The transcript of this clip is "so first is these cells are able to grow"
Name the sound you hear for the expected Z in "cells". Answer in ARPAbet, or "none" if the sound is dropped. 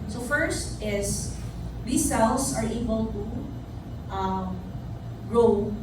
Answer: S